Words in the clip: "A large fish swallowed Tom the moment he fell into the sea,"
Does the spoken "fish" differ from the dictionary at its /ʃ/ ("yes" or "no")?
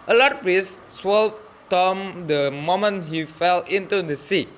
yes